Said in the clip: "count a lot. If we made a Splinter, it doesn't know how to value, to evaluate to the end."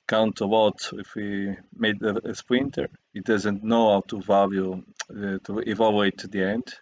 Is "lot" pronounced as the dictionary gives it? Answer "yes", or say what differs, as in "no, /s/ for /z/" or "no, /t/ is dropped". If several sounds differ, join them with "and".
no, /w/ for /l/